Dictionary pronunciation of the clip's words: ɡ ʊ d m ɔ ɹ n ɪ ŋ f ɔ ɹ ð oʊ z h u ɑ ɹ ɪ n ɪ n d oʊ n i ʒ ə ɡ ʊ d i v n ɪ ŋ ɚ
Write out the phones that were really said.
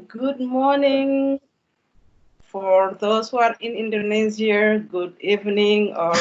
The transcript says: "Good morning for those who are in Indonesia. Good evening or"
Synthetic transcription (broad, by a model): ɡ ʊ d m ɔ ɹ n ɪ ŋ f ɔ ɹ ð oʊ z h u ɑ ɹ ɪ n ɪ n d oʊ n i z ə ɡ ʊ d i v n ɪ ŋ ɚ